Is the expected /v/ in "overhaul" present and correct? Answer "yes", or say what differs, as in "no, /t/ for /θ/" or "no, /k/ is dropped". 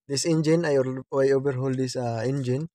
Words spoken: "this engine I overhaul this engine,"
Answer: no, /b/ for /v/